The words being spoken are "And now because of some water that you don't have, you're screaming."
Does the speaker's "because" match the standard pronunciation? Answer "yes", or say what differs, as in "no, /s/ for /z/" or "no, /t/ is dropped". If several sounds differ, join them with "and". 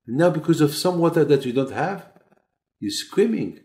yes